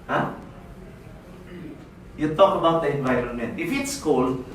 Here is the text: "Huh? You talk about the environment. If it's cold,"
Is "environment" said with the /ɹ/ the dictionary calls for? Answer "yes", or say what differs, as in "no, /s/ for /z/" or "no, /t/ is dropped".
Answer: yes